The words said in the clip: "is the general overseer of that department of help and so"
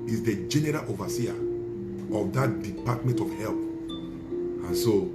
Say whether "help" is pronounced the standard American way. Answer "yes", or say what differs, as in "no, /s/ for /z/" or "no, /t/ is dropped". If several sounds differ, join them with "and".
yes